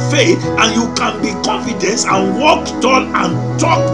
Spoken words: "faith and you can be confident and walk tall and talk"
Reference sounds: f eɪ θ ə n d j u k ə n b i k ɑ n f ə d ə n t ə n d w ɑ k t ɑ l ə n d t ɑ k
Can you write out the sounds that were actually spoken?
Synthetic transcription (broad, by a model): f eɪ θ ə n j u k ə n b i k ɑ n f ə d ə n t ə n w ɑ k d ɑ n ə n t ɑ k